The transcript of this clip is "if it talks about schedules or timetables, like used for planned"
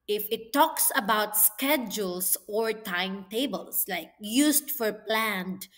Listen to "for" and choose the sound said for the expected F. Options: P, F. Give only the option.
F